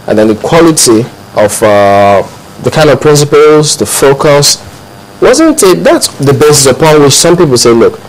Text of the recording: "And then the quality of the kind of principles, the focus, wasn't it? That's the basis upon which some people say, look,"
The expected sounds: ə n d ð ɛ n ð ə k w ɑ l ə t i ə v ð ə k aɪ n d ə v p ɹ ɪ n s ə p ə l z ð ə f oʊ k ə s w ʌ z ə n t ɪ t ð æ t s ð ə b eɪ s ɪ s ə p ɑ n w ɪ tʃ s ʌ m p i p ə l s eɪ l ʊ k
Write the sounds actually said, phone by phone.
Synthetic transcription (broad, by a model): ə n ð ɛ n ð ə k w ɑ l ə t i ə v ð ə k aɪ n d ə v p ɹ ɪ n s ə p ə l z ð ə f oʊ k ə s w ʌ z ə n t ɪ t ð æ t s ð ə b eɪ s ɪ s ə p ɑ n w ɪ tʃ s ʌ m p i p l s eɪ l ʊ k